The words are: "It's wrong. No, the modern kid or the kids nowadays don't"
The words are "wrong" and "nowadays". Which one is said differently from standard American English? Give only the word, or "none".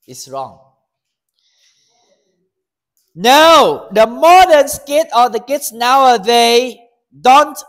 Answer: nowadays